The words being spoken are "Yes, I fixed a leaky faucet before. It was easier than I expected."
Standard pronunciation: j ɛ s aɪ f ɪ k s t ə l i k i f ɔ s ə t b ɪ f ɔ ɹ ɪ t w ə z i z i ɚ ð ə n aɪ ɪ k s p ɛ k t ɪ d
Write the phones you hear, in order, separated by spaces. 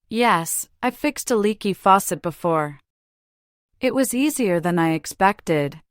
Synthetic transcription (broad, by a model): j ɛ s aɪ f ɪ k s t ə l i k i f ɔ s ə t b ɪ f ɔ ɹ ɪ t w ə z i z i ɚ ð ə n aɪ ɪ k s p ɛ k t ɪ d